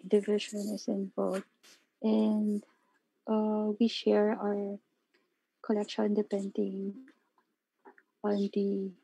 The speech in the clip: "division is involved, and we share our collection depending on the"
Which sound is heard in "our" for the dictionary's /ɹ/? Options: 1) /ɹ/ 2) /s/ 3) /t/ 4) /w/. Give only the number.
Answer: 1